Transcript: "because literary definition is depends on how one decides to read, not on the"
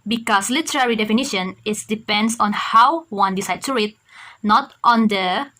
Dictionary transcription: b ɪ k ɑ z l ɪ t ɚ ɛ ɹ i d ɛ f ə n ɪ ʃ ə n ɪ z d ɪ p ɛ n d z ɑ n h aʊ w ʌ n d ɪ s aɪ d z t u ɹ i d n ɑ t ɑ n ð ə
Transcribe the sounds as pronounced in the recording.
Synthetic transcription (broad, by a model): b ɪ k ɑ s l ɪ t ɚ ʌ ɹ i d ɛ f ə n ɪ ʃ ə n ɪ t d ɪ p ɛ n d s ɑ n h aʊ w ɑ n d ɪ s aɪ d t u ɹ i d n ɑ t ɑ n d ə